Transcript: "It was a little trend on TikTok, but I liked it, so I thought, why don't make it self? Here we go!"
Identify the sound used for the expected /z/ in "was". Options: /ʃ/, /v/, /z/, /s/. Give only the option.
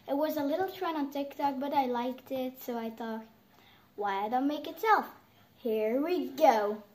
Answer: /z/